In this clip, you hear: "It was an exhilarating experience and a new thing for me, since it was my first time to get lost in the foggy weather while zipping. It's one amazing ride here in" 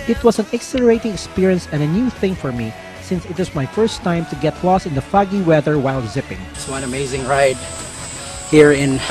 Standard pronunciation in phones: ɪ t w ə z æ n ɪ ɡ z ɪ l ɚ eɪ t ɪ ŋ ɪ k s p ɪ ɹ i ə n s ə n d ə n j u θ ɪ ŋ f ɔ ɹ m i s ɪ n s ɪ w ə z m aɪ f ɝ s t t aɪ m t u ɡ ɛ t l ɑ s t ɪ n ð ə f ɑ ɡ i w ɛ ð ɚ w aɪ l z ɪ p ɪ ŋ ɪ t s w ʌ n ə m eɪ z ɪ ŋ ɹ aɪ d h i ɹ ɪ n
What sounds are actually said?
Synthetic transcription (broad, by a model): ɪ t w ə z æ n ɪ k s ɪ l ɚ eɪ t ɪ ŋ ɪ k s p ɪ ɹ i ə n s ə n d ə n j u θ ɪ ŋ f ɔ ɹ m i s ɪ n s ɪ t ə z m aɪ f ɝ s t t aɪ m t u ɡ ɛ t l ɑ s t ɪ n ð ə f ɑ ɡ i w ɛ ð ɚ w aɪ l z ɪ p ɪ ŋ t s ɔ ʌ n ə m eɪ z ɪ ŋ ɹ aɪ d h i ɹ ɪ n